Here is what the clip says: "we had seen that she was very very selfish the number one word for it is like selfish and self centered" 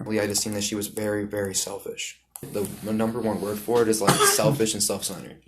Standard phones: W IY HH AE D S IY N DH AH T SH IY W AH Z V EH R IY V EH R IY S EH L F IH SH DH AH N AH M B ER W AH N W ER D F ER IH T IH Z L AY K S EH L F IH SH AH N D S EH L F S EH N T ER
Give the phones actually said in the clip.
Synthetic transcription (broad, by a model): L IY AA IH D S IY N DH AH T SH IY W AH Z V EH R IY V EH R IY S EH L F IH SH DH AH N AH M B ER W AH N W ER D F ER IH T IH Z L AY K S EH L F IH SH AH N S EH L F S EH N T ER